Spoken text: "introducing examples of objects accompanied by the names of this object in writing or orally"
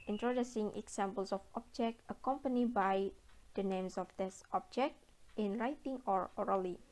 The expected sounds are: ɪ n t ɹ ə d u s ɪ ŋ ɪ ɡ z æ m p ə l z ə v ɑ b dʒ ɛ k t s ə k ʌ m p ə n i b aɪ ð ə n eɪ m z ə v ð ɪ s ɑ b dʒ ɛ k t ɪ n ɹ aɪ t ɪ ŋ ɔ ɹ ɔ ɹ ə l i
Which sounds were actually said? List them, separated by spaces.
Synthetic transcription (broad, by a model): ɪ n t ɹ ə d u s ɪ ŋ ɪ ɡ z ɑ m p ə l s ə f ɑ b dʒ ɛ k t ə k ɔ m p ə n i b aɪ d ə n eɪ m s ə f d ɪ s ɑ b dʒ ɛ k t ɪ n ɹ aɪ t ɪ ŋ ɔ ɹ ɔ ɹ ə l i